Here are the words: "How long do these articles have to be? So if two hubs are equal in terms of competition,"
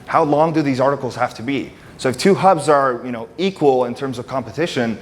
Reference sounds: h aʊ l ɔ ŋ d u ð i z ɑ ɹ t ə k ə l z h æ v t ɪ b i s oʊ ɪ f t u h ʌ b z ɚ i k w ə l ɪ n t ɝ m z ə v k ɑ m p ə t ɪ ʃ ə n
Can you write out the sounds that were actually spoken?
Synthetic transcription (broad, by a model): h aʊ l ɔ ŋ d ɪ ð i z ɑ ɹ t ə k l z h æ f t ɪ b i s oʊ ɪ f t u h ʌ b z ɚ i k w ə l ɪ n t ɝ m z ə v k ɑ m p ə t ɪ ʃ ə n